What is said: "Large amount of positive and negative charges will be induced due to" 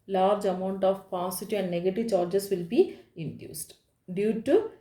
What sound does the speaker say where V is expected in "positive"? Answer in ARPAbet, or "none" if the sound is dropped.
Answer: none